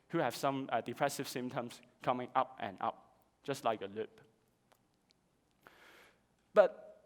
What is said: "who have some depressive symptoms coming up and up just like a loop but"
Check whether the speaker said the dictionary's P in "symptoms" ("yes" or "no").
no